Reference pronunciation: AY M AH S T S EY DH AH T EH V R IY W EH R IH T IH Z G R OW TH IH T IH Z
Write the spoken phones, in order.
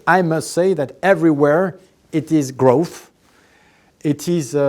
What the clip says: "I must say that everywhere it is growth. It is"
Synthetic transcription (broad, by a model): AY M AH S T S EY DH AH T EH V R IY W EH R IH T IH Z G R OW TH IH T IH Z